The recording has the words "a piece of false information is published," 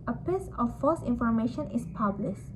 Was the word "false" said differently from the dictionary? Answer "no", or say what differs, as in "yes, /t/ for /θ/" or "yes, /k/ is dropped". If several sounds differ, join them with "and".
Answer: yes, /l/ is dropped